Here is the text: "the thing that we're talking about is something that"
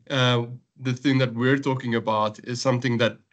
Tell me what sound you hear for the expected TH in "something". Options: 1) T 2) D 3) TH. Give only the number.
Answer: 3